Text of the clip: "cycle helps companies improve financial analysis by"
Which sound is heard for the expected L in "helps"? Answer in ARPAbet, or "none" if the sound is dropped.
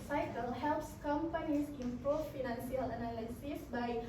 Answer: L